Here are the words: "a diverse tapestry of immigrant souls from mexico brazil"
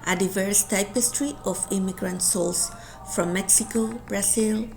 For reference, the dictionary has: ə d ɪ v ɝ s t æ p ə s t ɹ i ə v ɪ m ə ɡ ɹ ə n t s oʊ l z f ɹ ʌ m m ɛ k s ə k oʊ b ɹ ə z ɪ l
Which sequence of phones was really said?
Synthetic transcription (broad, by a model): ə d ɪ v ɝ s t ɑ p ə s t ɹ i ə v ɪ m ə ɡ ɹ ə n t s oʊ l s f ɹ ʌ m m ɛ k s ə k oʊ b ɹ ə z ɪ l